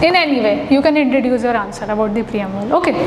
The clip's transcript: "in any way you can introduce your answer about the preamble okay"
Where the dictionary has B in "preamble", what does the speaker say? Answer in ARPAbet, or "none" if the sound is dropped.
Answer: none